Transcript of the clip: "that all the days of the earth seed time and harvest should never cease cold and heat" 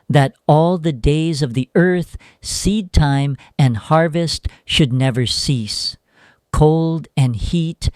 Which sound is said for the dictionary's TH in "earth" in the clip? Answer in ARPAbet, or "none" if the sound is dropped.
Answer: TH